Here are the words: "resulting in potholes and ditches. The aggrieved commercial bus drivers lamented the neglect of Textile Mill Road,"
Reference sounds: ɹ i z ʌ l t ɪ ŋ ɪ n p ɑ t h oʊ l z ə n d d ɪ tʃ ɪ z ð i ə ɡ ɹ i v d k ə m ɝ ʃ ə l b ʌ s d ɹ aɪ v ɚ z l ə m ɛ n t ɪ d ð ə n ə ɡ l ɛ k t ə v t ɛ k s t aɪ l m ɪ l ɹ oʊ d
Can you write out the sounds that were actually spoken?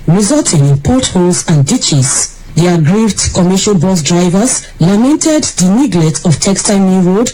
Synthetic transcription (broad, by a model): ɹ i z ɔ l t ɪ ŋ ɪ n p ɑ t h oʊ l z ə n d d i tʃ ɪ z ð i ə ɡ ɹ i v d k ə m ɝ ʃ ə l b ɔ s d ɹ aɪ v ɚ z l ə m ɛ n t ɪ d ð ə n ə ɡ l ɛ t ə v t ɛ k s t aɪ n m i ɹ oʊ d